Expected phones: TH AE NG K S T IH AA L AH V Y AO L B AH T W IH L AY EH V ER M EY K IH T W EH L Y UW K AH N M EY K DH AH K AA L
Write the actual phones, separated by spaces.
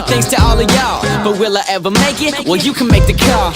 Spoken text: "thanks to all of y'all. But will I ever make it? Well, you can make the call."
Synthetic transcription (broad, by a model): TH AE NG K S T IH AA L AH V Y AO B AH T W IH L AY EH V ER M EY K IH T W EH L Y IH K AH N M EY K DH AH K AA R